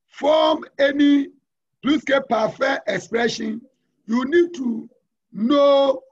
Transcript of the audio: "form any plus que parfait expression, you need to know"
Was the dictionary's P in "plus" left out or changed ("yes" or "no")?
yes